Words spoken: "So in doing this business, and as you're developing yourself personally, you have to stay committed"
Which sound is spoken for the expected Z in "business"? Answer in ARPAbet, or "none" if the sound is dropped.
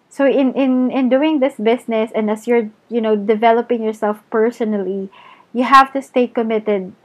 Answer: S